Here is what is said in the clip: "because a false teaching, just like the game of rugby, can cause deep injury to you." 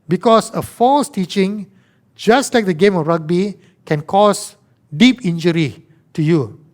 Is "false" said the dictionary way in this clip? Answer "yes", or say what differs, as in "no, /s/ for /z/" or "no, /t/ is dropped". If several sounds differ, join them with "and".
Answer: yes